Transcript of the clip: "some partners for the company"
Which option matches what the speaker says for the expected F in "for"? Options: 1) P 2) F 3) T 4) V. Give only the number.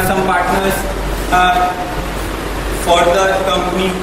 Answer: 2